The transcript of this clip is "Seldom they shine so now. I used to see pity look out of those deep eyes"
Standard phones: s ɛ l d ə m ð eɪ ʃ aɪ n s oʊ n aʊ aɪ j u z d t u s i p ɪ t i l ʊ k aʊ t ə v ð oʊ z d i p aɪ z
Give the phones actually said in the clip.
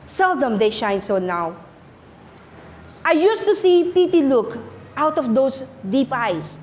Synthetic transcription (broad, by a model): s ɛ l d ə m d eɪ ʃ aɪ n s oʊ n aʊ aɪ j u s t u s i p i t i l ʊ k aʊ t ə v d oʊ s d i p aɪ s